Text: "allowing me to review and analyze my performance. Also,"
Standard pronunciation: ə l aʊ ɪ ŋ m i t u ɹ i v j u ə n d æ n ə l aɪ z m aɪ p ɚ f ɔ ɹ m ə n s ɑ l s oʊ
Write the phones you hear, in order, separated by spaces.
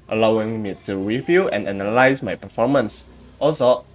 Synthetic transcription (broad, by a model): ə l aʊ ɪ ŋ m i t u w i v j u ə n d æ n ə l aɪ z m aɪ p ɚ f ɔ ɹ m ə n s ɑ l s oʊ